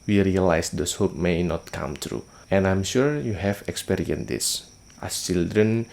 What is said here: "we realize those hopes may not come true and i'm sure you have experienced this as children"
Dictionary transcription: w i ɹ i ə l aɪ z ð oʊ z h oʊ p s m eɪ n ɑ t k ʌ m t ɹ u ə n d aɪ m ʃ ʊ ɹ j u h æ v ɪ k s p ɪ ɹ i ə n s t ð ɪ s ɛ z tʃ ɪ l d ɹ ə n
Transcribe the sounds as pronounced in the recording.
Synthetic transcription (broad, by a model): w i ɹ i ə l aɪ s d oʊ s h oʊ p m eɪ n ɑ t k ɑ m t ɹ u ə n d aɪ m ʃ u ɹ j u h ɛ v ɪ k s p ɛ ɹ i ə n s t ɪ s tʃ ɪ l d ɹ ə n